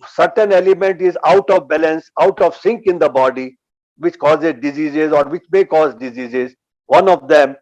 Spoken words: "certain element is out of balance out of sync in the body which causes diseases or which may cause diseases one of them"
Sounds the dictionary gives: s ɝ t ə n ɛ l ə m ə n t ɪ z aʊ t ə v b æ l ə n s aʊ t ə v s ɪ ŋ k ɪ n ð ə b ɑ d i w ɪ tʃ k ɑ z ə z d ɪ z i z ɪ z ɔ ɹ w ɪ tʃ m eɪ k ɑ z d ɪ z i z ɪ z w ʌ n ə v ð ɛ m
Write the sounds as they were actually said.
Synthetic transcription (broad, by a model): s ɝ t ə n ɛ l ə m ə n t ɪ z aʊ t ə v b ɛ l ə n s aʊ t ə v s ɪ ŋ k ɪ n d ə b ɑ d i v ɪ tʃ k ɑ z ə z d ɪ z i z ɪ z ɔ ɹ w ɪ tʃ m eɪ k ɑ z d ɪ z i z ɪ z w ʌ n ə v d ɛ m